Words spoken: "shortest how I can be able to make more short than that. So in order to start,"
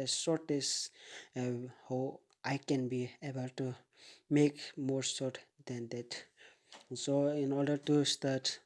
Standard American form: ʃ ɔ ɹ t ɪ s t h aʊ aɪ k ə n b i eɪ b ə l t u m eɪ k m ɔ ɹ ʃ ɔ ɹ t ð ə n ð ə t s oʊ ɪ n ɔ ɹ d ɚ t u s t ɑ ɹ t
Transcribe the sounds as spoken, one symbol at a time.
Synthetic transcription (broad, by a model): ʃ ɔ ɹ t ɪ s h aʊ aɪ k ə n b i eɪ b ə l t u m eɪ k m ɔ ɹ s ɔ ɹ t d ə n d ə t s oʊ ɪ n ɔ ɹ d ɚ t u s t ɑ ɹ t